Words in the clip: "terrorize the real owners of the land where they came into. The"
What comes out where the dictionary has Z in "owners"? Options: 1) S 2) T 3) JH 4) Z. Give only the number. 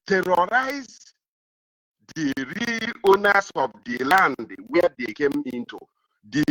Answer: 1